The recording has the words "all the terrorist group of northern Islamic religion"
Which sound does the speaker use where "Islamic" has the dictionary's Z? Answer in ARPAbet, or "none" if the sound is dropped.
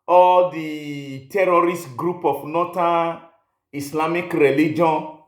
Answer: S